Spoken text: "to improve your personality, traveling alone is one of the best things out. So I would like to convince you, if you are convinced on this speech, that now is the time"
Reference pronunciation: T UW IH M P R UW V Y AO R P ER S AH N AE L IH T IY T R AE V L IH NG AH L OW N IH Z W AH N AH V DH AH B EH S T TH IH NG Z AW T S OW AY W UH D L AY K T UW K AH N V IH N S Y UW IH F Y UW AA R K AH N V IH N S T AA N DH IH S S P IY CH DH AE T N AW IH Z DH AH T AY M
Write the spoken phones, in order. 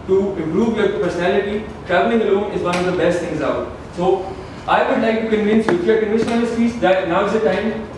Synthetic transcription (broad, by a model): T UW IH M P R UW V Y AO R P ER S AH N AE L IH T IY T R AE V L IH NG AH L OW N IH Z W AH N AH V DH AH B EH S T T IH NG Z AW T S OW AY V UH D L AY K T UW K AH N V IH N S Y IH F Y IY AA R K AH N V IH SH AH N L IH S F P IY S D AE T N AW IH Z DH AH T AY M